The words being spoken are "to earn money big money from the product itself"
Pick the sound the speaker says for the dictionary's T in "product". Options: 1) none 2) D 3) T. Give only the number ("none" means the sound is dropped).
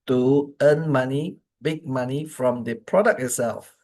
1